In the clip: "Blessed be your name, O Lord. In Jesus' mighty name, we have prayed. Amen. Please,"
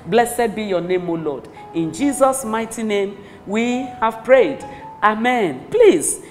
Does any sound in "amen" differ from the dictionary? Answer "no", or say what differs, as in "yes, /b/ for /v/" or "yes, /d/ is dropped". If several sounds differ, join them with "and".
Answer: no